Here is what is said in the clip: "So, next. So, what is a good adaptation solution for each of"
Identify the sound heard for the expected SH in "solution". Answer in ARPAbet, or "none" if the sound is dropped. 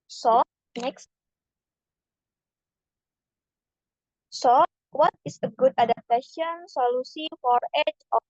S